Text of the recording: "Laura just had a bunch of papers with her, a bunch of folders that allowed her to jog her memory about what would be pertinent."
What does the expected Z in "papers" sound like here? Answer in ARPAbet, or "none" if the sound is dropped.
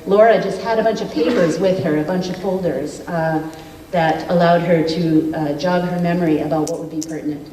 Z